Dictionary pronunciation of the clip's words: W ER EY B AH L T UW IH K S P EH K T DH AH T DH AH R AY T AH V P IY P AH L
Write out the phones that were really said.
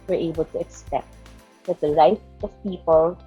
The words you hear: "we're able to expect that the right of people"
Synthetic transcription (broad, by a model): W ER EY B AH L T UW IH K S P EH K T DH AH T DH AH L AY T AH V P IY P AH L